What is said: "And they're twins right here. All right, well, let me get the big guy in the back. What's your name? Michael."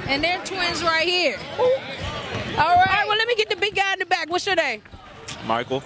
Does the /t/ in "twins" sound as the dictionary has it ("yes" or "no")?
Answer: yes